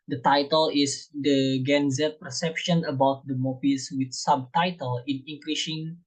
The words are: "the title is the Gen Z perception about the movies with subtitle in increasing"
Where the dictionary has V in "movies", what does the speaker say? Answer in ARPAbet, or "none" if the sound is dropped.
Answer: P